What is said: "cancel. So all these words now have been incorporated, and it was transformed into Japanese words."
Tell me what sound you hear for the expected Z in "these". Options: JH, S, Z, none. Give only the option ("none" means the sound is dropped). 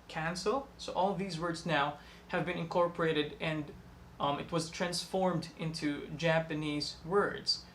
Z